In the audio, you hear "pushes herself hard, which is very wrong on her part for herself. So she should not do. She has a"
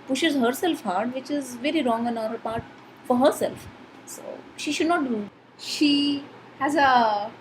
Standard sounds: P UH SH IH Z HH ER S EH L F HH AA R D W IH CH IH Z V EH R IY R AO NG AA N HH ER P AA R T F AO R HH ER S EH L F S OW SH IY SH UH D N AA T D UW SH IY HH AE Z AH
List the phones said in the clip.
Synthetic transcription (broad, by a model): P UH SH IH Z HH ER S EH L F HH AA R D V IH CH IH Z V EH R IY R AO NG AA N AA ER P AA R T F AO R HH ER S EH L F S OW SH IY SH UH D N AA T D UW SH IY HH AE Z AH